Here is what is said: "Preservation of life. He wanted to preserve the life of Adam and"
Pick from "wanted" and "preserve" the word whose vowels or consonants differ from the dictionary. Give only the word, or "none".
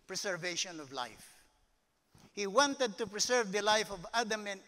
preserve